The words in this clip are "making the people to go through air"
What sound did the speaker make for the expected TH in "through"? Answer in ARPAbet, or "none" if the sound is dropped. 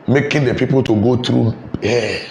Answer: T